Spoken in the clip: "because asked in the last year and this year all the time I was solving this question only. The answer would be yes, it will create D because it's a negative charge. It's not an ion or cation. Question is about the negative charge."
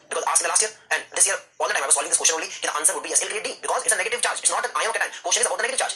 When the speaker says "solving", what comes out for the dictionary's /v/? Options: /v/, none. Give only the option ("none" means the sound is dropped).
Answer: none